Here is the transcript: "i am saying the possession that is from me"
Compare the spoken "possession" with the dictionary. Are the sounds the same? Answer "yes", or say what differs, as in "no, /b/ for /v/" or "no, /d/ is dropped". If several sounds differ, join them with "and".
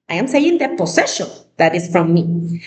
no, /s/ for /z/